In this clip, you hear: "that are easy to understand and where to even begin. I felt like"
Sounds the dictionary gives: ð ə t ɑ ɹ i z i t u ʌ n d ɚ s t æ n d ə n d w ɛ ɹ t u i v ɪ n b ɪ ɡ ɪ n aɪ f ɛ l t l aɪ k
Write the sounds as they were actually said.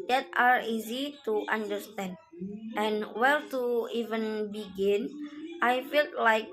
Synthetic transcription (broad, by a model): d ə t ɑ ɹ i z i t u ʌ n d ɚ s t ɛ n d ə n w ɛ l t u i v ɪ n b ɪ ɡ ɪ n aɪ f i l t l aɪ k